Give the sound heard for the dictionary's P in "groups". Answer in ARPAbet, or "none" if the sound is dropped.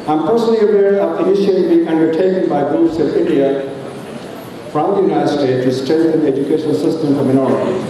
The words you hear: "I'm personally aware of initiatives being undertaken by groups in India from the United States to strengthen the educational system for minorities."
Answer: none